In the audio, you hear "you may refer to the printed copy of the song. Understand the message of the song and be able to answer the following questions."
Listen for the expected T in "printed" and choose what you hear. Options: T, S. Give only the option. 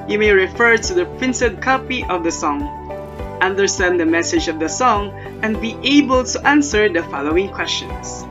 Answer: S